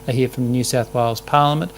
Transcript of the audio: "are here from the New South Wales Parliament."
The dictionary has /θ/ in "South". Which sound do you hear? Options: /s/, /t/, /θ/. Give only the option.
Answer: /θ/